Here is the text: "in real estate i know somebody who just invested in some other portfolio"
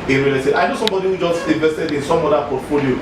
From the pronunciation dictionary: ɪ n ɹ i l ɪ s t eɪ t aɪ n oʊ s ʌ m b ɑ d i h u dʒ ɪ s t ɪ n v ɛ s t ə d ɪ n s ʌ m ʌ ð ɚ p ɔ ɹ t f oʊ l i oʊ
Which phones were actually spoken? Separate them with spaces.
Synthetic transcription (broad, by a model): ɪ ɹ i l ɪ t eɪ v aɪ n oʊ s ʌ m b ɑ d i h u dʒ ɪ s t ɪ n v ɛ s t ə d ɪ n s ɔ m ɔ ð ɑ p ɔ t f oʊ l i oʊ